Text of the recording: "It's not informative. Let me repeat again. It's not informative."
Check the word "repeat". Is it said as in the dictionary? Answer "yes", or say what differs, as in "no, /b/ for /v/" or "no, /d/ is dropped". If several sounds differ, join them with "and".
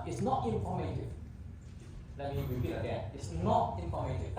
no, /w/ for /ɹ/